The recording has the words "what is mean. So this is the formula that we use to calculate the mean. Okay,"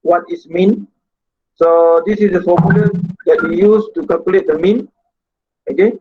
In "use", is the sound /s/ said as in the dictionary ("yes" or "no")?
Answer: yes